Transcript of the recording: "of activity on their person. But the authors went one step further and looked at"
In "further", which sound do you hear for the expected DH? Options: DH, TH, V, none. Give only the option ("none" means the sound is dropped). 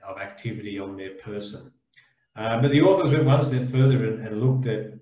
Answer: DH